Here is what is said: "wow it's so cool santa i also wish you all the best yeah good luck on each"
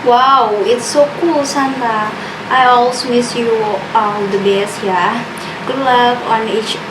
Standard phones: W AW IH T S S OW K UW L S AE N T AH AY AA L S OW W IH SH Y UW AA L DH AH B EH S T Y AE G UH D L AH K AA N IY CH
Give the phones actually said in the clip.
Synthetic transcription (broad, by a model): W AW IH T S S OW K UW L S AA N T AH AY AA L S OW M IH S Y UW AA L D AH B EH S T Y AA G UH D L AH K AA N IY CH